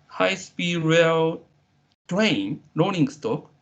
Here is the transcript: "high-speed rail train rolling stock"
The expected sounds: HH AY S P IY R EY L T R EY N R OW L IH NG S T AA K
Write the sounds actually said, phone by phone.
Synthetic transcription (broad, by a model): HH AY S P IY R EY L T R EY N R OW N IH NG S T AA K